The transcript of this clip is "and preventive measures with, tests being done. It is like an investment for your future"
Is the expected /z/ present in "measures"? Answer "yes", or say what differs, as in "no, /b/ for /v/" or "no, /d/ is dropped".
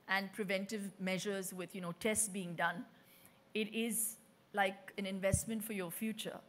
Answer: yes